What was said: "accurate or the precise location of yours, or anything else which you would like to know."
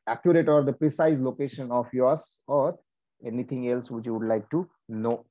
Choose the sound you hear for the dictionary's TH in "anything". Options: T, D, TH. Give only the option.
T